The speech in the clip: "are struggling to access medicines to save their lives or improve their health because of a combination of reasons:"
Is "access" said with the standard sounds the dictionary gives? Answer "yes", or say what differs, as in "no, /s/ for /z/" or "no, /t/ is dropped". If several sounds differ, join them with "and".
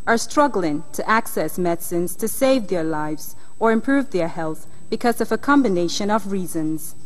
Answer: yes